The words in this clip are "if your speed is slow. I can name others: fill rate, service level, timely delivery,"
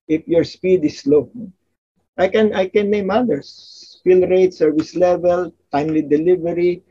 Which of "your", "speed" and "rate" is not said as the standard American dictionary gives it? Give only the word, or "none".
none